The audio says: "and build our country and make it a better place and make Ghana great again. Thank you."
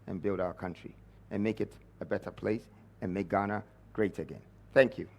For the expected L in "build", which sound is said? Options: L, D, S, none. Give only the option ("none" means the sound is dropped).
L